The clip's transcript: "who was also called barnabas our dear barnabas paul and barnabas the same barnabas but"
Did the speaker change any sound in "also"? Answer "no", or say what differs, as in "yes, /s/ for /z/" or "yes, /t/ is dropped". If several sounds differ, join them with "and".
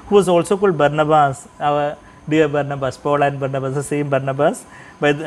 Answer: no